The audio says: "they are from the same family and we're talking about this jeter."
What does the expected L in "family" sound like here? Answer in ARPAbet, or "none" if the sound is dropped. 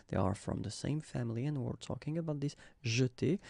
L